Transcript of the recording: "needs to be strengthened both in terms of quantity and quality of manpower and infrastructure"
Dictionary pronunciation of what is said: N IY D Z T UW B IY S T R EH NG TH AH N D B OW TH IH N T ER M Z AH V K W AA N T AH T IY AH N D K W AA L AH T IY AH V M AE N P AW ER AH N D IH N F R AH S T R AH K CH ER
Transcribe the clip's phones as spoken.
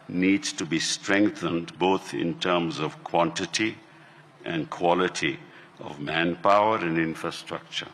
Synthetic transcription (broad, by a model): N IY D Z T UW B IY S T R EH NG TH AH N D B OW T IH N T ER M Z AH V K W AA N T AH T IY AH N D K W AA L AH T IY AH V M AE N P AW ER AH N D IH N F R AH S T R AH K CH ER